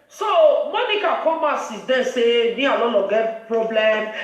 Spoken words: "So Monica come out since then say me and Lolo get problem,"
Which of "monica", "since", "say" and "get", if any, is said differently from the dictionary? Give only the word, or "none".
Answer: since